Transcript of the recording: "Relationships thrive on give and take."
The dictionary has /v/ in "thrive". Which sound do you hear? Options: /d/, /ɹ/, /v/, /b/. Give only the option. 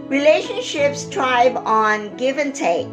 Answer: /b/